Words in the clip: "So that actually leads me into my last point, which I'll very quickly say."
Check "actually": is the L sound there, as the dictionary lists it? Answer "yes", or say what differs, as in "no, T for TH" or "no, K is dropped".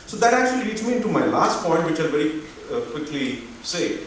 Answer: no, L is dropped